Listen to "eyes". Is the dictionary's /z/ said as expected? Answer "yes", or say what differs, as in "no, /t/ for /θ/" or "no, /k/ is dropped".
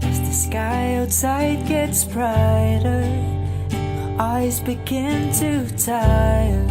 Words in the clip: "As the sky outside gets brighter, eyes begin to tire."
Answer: yes